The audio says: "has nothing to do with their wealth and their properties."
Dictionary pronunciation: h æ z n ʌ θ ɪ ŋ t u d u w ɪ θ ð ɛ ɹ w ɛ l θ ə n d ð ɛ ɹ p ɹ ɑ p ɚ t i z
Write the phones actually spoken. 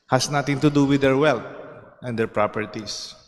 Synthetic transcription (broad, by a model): h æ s n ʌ t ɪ ŋ t u d u w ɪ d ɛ ɹ w ɛ l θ ə n d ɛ ɹ p ɹ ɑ p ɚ t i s